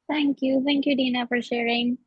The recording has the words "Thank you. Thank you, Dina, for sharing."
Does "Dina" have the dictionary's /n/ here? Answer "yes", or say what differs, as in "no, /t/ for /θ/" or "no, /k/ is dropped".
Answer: yes